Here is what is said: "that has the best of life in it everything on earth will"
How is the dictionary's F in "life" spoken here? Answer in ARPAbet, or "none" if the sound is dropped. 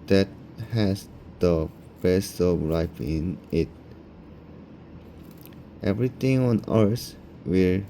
P